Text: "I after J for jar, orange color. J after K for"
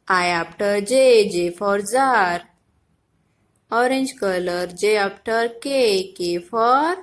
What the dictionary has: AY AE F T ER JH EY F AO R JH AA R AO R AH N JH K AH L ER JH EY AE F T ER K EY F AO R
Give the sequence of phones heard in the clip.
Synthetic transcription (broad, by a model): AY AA P T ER JH EY F AO R Z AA R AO R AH N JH K AH L ER JH EY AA P T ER K EY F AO R